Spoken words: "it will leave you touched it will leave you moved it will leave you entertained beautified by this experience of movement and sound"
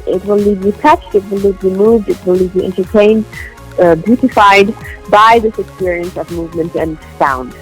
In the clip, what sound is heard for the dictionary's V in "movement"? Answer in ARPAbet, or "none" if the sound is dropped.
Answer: V